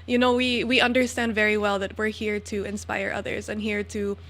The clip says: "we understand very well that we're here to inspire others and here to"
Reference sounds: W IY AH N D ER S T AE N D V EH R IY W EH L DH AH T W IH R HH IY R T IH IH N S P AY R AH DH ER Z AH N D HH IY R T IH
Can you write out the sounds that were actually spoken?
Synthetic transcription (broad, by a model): W IY AH N D ER S T AE N D V EH R IY W EH L DH AH T W IH R HH IY R T IH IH N S P AY R AH DH ER Z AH N HH IY R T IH